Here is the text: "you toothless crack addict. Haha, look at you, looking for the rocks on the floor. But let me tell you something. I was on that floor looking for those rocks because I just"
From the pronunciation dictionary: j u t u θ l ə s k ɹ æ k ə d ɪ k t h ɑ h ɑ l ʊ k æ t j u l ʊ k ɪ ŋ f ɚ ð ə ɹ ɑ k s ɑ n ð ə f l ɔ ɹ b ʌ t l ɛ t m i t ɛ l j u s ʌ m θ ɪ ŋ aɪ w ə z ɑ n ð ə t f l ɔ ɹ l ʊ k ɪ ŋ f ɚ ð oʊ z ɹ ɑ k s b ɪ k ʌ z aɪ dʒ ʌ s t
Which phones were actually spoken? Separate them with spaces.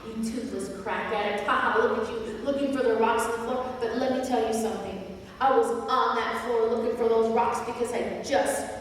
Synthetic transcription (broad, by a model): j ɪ t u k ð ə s k ɹ æ k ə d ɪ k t h ɑ h ɑ l ʊ k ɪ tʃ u l ʊ k ɪ ŋ f ɚ ð ə ɹ ɑ k s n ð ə f l ɔ ɹ b ʌ t l ɛ t m i t ɛ l j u s ʌ m θ ɪ ŋ aɪ w ə z n ð ə t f l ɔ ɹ l ʊ k ɪ ŋ f ɚ ð oʊ z ɹ ɑ k s b ɪ k ʌ z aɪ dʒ ʌ s t